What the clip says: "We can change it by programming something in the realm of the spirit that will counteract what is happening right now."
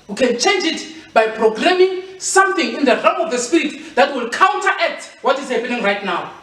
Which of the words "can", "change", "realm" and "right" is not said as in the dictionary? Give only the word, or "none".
realm